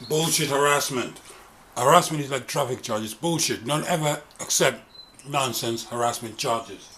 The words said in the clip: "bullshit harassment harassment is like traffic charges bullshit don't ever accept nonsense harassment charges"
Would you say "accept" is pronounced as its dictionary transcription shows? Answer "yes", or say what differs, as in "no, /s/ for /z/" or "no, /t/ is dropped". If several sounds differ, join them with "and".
yes